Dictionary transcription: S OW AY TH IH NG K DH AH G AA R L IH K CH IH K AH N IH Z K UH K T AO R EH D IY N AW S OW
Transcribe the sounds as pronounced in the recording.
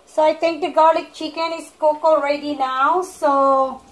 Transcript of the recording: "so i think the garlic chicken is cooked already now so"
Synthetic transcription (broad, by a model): S OW AY T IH NG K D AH G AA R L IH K CH IH K AH N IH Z K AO K AO R EH D IY N AW S OW